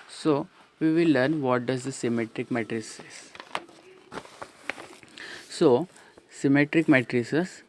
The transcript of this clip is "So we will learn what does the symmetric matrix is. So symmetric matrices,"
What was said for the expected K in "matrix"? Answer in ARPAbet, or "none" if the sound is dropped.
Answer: none